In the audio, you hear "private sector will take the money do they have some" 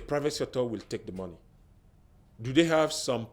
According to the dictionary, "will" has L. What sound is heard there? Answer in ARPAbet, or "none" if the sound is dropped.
L